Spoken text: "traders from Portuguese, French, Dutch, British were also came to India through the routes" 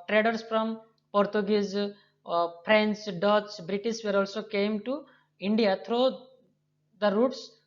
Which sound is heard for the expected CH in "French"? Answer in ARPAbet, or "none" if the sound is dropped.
S